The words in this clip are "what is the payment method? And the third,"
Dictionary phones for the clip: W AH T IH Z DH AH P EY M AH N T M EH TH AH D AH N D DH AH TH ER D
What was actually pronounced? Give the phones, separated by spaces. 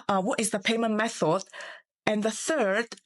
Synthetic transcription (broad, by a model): W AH T IH Z DH AH P EY M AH N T M EH TH AH D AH N DH AH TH ER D